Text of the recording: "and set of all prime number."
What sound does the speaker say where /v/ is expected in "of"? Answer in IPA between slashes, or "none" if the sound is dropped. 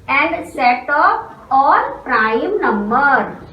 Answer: /p/